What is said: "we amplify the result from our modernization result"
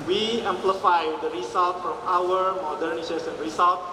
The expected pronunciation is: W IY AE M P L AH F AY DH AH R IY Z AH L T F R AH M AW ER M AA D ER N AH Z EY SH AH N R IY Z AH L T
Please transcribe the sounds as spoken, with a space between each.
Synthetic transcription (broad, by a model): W IY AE M P L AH F AY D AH R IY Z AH L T F R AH M AW ER M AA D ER N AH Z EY S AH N R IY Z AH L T